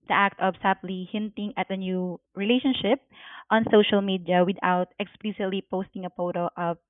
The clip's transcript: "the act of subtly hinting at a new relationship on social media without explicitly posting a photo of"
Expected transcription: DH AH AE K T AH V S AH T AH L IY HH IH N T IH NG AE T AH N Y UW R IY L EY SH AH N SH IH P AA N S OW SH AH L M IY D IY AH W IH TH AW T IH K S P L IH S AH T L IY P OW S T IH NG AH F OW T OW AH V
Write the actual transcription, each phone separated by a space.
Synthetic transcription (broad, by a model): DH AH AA K T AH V S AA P L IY HH IH N T IH NG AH T AH N Y UW R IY L EY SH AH N SH IH P AA N S OW SH AH L M IY D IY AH W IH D AW T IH K S P L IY S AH T L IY P OW S T IH NG AH P OW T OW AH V